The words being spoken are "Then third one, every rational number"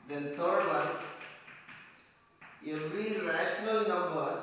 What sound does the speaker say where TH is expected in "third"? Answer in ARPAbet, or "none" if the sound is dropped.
T